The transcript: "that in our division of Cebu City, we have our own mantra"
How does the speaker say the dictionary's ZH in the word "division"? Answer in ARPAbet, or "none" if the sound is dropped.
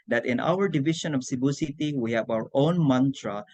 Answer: SH